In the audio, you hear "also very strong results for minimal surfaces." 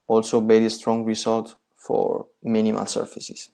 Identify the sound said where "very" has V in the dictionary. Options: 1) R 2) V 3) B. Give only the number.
3